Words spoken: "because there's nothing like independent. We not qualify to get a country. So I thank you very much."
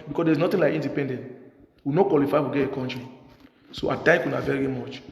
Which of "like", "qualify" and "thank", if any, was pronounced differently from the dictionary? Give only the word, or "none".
thank